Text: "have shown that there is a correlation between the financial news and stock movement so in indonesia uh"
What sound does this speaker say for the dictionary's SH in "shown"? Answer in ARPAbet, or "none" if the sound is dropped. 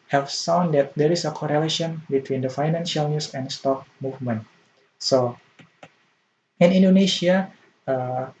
S